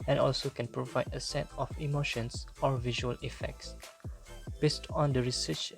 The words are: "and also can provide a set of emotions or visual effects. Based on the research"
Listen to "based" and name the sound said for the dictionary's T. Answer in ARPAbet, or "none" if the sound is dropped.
T